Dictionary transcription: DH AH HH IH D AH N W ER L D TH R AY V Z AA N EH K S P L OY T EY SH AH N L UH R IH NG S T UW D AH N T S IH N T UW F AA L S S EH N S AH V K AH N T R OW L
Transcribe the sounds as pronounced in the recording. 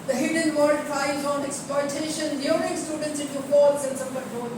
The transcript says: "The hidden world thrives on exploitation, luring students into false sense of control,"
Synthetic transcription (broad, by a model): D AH HH IH D AH N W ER D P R AY Z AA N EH K S P L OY T EY SH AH N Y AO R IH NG S T UW D AH N T S IH N T UW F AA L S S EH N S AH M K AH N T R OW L